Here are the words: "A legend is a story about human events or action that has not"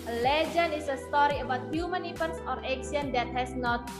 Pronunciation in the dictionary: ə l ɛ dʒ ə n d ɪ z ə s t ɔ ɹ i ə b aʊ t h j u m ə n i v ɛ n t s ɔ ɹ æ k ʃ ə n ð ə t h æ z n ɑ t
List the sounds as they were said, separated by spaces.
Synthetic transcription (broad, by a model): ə l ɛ dʒ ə n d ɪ s ə s t ɔ ɹ i ə b aʊ t h j u m ə n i p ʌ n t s ɔ ɹ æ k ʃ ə n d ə t h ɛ s n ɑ t